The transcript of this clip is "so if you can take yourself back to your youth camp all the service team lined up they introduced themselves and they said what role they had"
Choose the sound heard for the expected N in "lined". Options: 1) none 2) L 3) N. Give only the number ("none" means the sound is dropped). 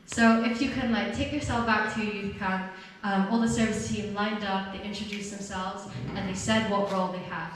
3